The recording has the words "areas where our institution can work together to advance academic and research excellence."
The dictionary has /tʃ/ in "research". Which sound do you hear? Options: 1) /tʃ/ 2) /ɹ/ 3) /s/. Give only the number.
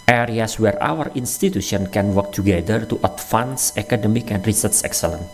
3